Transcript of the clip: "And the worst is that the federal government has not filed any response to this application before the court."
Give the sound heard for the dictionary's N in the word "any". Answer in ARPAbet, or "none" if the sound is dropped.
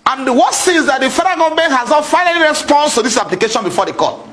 L